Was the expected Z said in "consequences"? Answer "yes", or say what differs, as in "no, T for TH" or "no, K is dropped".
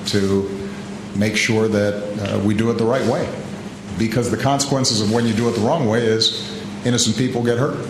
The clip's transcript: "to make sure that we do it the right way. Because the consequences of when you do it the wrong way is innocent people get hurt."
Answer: yes